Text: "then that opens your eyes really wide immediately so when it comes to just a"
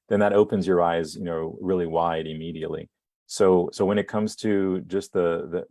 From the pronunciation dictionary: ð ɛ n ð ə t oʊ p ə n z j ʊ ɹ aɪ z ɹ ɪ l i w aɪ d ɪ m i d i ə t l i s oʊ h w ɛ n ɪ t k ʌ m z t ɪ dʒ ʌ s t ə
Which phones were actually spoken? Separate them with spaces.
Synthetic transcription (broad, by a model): ð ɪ n ð ə t oʊ p ə n z j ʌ ɹ aɪ z ɹ ɪ l i w aɪ d ɪ m i d i ə t l i s oʊ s w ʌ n ɪ t k ʌ m z t ɪ dʒ ʌ s t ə